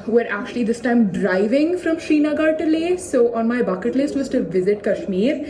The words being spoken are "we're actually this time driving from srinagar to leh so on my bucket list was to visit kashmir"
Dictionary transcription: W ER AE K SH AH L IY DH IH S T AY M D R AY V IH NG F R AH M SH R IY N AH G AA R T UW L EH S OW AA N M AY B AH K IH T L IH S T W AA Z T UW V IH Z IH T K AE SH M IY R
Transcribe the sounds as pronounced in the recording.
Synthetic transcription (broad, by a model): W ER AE K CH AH L IY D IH S T AY M D R AY V IH NG F R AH M SH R IY N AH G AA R T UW L EH S OW AA N M AY B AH K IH T L IH S T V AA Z T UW V IH Z IH T K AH SH M IY R